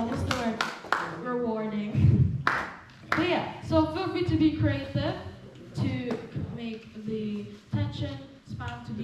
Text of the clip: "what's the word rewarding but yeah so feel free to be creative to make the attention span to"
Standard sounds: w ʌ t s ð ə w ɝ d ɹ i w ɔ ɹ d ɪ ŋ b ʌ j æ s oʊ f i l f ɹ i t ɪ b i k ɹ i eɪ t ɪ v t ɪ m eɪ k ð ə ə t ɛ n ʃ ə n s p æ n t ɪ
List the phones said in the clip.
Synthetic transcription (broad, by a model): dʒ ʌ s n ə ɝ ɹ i w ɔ ɹ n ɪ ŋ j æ s oʊ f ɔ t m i t ɪ b i k ɹ i eɪ t ɪ v t ɪ m eɪ k ð ə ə t ɛ n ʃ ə n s f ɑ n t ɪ